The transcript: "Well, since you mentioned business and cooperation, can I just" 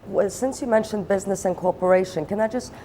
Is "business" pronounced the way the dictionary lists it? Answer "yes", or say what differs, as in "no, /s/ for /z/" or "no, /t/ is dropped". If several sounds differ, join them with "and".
yes